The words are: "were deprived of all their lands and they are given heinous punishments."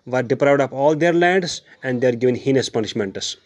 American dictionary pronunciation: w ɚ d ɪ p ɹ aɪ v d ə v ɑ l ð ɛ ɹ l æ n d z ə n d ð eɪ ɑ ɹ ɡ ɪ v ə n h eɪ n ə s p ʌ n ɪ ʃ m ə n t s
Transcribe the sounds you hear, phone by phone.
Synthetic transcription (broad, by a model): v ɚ d ɪ p ɹ aɪ v d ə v ɑ l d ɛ ɹ l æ d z ə n d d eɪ ɑ ɹ ɡ ɪ v ə n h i n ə s p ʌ n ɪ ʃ m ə n t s